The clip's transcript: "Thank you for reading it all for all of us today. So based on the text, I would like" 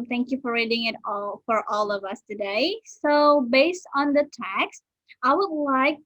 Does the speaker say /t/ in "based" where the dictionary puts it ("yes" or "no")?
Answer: yes